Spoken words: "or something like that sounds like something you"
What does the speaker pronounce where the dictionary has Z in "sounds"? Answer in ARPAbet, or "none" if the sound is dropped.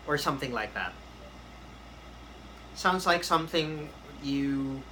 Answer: Z